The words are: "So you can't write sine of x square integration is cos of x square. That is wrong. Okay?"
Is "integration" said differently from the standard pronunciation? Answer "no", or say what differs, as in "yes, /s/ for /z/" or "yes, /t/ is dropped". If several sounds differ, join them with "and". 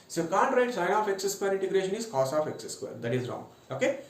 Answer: no